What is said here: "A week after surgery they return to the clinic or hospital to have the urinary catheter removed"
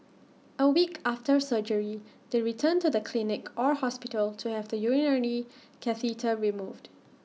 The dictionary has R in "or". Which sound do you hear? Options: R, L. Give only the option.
R